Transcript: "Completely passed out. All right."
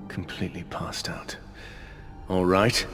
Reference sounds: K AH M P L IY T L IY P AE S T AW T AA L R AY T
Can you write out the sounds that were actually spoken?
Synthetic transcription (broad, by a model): K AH M P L IY T L IY P AE S T AW T AA L R AY T